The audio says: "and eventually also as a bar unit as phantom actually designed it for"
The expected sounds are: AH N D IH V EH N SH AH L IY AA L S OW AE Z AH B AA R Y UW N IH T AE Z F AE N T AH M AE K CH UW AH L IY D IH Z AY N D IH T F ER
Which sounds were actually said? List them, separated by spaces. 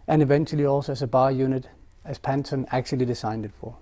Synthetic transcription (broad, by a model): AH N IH V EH N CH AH L IY AA L S OW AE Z AH B AA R Y UW N IH T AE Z P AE N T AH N AE K CH UW AH L IY D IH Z AY N D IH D F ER